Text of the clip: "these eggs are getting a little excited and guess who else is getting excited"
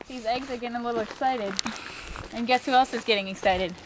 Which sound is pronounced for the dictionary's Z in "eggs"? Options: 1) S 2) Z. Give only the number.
2